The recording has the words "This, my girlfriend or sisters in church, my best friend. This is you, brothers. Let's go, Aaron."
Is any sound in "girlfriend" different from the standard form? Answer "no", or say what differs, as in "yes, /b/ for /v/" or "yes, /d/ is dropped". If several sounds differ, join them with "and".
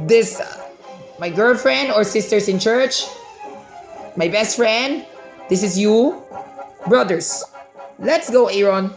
no